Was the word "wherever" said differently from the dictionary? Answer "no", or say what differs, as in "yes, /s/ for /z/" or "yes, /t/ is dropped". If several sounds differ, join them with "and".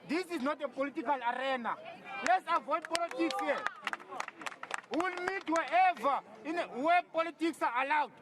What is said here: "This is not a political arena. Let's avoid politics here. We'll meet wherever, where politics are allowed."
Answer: yes, /ɹ/ is dropped